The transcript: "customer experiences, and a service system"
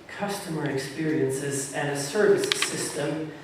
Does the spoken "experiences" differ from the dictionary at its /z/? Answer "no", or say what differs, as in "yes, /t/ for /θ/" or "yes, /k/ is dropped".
no